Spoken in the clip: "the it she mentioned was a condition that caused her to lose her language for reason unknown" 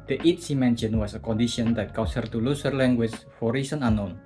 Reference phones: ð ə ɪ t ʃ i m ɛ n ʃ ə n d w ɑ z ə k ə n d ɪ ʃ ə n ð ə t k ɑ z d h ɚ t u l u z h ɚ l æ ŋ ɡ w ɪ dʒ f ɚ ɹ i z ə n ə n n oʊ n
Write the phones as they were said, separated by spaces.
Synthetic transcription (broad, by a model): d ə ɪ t s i m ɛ n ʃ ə n w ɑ s ə k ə n d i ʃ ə n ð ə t k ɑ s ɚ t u l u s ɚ l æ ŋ ɡ w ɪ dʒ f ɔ ɹ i s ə n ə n n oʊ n